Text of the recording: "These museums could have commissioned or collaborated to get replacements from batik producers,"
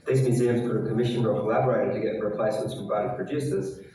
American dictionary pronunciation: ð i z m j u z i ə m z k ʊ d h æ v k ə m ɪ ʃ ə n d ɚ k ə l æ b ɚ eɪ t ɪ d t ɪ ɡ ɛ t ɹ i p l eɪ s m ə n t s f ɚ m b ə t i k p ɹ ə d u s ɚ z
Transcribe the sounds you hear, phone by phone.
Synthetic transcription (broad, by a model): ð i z m j u z i ə m z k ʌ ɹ k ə m ɪ ʃ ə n ɚ k ə l æ b ɚ eɪ t ɪ d t ɪ ɡ ɛ t ɹ i p l eɪ s m ə n t s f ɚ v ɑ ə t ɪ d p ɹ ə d u s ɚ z